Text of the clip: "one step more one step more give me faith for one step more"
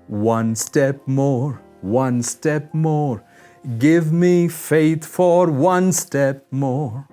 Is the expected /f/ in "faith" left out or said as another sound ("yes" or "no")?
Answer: no